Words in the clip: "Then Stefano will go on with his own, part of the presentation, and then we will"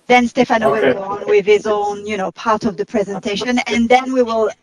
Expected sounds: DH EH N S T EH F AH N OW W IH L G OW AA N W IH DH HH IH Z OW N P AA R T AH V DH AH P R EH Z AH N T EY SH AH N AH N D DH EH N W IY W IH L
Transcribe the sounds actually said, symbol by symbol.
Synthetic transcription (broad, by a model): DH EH N S T EH F AH N OW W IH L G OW AA N W IH DH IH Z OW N P AA R T AH V DH AH P R EH Z AH N T EY SH AH N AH N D DH EH N W IY W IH L